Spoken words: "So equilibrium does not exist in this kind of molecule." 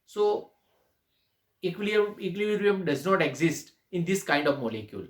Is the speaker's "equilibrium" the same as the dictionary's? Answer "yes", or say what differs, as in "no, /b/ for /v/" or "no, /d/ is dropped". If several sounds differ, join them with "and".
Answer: no, /b/ is dropped